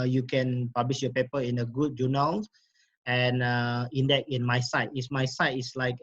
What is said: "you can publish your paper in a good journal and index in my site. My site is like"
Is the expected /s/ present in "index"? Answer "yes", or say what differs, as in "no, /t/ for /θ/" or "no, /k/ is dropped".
no, /s/ is dropped